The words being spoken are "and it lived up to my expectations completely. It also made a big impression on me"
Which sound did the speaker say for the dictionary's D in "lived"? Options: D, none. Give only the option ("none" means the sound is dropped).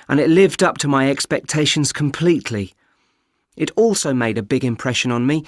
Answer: D